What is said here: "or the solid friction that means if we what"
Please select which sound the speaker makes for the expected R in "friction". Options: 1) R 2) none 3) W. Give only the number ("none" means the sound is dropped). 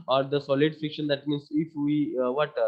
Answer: 2